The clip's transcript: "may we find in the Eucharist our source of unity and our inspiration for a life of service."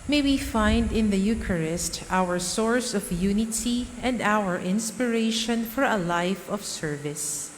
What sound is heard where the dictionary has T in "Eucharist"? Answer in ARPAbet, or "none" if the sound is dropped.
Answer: T